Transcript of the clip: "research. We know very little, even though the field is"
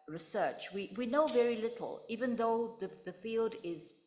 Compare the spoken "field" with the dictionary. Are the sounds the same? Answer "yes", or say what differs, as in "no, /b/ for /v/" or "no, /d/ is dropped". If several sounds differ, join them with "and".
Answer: yes